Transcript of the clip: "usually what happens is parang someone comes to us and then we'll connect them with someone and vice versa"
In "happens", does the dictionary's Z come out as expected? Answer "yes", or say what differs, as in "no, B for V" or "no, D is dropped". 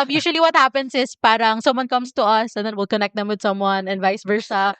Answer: no, S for Z